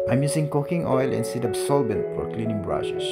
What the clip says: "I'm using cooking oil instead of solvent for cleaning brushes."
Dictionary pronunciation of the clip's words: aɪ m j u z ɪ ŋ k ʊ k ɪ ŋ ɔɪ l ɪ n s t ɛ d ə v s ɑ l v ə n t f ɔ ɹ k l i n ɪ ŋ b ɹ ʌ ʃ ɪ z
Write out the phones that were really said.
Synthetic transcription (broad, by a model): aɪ m j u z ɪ ŋ k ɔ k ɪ ŋ ɔɪ l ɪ n s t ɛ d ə b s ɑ l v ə n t f ɔ ɹ k l i n ɪ ŋ b ɹ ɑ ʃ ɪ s